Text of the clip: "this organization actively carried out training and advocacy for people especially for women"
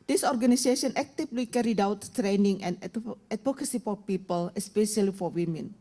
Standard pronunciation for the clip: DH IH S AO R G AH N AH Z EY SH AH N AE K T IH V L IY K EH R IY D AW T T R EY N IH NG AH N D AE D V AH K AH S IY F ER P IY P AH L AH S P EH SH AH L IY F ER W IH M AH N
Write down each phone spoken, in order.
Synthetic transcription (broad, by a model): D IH S AO R G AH N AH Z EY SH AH N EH K T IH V L IY K EH R IY D AW T T R EY N IH NG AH N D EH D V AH K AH S IY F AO P IY P AH L AH S P EH SH AH L IY F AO W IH M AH N